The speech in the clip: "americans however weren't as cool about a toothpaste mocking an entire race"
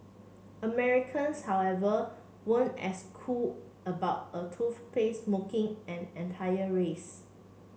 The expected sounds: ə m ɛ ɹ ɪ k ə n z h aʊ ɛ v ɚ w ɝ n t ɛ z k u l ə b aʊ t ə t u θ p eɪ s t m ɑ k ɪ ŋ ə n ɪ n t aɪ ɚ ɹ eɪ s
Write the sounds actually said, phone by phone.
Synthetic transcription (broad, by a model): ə m ɛ ɹ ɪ k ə n s h aʊ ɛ v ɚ w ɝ n ɛ s k u l ə b aʊ t ə t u f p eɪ s m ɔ k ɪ ŋ ə n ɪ n t aɪ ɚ ɹ eɪ s